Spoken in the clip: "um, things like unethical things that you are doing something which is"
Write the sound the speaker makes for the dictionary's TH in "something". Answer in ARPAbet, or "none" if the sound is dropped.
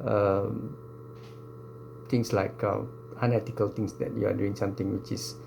T